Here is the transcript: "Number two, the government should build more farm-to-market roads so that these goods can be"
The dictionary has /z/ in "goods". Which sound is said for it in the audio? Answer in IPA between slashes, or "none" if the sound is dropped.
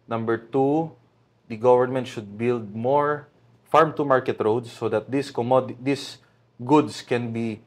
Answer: /s/